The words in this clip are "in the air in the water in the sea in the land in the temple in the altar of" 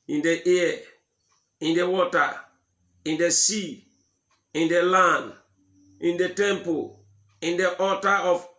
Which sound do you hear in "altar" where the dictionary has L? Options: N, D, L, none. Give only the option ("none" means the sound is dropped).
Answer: none